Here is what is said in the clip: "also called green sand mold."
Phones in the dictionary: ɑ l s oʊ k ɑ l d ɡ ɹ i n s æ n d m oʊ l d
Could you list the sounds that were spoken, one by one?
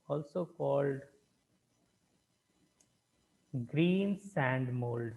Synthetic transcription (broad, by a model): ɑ l s oʊ k ɑ l d ɡ ɹ i n s æ n d m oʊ l d